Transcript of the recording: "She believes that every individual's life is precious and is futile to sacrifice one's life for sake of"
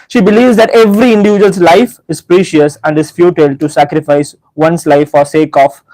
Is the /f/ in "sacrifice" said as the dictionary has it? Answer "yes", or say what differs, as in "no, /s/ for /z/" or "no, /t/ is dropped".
yes